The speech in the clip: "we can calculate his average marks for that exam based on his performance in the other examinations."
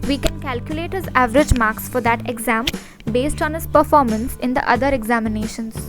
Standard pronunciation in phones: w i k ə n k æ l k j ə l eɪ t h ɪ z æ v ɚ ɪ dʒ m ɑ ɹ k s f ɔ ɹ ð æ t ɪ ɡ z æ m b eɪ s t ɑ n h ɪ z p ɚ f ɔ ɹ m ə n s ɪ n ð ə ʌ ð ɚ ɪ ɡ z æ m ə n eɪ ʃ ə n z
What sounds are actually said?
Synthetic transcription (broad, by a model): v i k ə n k æ l k j ə l eɪ t h ɪ z æ v ɚ ɪ dʒ m ɑ ɹ k s f ɔ ɹ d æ t ɪ ɡ z æ m b eɪ s t ɑ n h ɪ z p ɚ f ɔ ɹ m ə n s ɪ n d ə ʌ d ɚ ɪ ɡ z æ m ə n eɪ ʃ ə n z